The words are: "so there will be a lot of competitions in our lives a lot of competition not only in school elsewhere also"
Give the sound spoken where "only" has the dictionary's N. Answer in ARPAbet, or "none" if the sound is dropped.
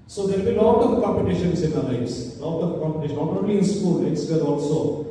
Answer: none